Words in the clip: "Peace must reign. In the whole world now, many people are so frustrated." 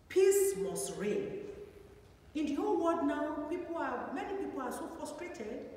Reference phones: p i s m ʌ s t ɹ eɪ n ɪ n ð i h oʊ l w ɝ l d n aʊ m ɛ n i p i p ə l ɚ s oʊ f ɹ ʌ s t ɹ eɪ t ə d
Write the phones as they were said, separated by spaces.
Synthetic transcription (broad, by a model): p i s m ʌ s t ɹ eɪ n ɪ n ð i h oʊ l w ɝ d n aʊ m ɛ n i p i p ə l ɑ s oʊ f ɹ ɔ s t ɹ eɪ t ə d